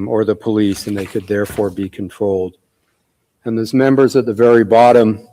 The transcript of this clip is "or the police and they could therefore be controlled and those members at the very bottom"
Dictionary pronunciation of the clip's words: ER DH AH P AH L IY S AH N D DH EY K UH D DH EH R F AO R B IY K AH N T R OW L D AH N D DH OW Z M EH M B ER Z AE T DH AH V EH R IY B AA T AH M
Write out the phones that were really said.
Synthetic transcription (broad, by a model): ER DH AH P AH L IY S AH N DH EY K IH D DH EH R F AO R B IY K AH N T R OW L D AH N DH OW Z M EH M B ER Z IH T DH AH V EH R IY B AA T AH M